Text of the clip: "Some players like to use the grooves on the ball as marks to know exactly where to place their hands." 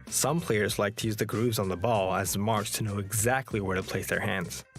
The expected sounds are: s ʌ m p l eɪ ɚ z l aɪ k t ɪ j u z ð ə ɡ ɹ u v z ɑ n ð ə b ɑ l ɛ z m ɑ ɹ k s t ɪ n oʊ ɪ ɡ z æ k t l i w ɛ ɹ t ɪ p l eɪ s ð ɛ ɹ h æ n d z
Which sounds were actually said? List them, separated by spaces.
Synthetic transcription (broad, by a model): s ʌ m p l eɪ ɚ z l aɪ k t ɪ j u z ð ə ɡ ɹ u v z n ð ə b ɑ l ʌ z m ɑ ɹ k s t ɪ n oʊ ɪ ɡ z æ k t l i w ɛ ɹ t ɪ p l eɪ s ð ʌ ɹ h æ n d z